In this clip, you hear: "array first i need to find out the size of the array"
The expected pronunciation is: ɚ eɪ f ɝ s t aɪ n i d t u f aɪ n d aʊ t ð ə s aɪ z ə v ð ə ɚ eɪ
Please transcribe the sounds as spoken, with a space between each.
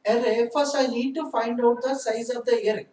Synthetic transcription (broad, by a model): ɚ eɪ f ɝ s aɪ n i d t u f aɪ n d aʊ t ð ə s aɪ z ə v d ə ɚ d